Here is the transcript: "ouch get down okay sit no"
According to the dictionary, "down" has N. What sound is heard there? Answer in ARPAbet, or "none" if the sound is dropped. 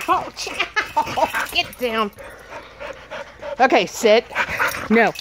N